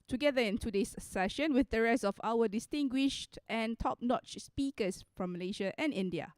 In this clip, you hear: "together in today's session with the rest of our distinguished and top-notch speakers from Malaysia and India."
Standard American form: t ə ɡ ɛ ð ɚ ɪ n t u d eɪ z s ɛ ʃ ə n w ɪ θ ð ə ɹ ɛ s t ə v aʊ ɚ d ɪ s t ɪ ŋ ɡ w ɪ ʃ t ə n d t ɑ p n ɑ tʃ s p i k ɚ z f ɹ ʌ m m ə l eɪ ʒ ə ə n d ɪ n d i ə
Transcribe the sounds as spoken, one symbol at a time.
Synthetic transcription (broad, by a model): t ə ɡ ɛ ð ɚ ɪ n t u d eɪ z s ɛ ʃ ə n w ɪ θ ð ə ɹ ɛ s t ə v aʊ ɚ d ɪ s t ɪ ŋ ɡ w ɪ ʃ t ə n t ɑ p n ɑ tʃ s p i k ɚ s f ɹ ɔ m m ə l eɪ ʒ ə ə n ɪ n d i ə